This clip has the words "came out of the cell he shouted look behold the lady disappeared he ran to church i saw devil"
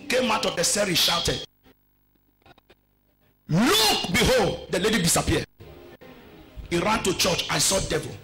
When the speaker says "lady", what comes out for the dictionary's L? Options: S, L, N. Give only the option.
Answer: L